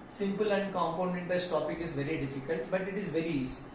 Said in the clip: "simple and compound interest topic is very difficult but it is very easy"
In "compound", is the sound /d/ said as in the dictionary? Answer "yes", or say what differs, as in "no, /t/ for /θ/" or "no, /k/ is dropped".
no, /d/ is dropped